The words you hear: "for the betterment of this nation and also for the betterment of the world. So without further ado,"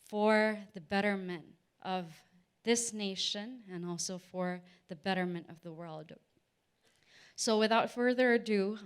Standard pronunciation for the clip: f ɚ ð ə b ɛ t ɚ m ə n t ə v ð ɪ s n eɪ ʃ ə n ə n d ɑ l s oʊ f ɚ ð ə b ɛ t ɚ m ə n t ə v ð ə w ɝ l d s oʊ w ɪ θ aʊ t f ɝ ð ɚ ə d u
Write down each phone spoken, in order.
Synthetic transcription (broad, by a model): f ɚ ð ə b ɛ t ɚ m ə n t ə v ð ɪ s n eɪ ʃ ə n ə n ɑ l s oʊ f ɚ ð ə b ɛ t ɚ m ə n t ə v ð ə w ɝ l d s oʊ w ɪ θ aʊ t f ɝ ð ɚ d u